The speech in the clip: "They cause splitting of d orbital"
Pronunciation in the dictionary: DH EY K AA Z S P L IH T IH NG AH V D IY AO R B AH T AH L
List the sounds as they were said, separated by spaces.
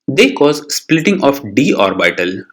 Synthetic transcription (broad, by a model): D EY K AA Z S P L IH T IH NG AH F D IY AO R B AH T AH L